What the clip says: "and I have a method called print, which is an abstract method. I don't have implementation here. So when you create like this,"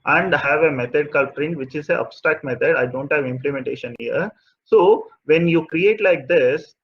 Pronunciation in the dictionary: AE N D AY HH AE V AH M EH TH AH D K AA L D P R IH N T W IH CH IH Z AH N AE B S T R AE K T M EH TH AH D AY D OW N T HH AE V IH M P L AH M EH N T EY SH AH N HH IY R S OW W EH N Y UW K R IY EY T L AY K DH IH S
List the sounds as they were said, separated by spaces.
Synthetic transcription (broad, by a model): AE N D HH AE V AH M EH T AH D K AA L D P R IH N T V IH CH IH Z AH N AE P S T AE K M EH T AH D AY D OW N T HH AE V IH M P L AH M EH N T EY SH AH N HH IY R S OW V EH N Y UW K R IY EY T L AY K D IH S